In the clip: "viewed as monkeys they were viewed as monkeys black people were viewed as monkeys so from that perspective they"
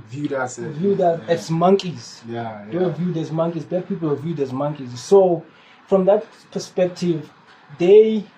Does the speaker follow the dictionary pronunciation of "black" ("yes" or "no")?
no